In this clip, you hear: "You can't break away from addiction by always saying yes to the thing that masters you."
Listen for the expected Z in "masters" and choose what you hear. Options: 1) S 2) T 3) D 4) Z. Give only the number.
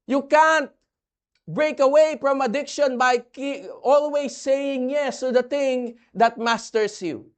1